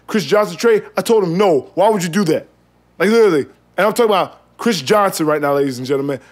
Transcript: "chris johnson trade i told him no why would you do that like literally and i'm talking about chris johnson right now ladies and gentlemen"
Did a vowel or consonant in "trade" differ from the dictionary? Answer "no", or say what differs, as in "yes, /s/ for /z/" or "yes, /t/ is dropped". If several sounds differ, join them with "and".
yes, /d/ is dropped